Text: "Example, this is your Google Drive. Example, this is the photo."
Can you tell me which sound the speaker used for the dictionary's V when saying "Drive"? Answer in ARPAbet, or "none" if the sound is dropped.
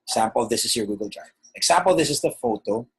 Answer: none